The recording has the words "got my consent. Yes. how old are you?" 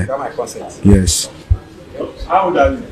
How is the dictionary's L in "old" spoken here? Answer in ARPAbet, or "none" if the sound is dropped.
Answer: none